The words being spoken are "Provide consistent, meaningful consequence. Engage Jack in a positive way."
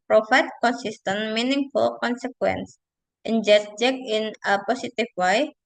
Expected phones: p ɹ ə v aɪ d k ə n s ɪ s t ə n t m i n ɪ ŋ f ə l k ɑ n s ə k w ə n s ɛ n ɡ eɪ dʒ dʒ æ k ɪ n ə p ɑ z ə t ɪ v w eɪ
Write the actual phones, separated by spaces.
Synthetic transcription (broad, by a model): p ɹ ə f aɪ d k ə n s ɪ s t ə n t m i n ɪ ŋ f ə l k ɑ n s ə k w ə n s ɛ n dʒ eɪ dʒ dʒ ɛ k ɪ n ə p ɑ s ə t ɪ f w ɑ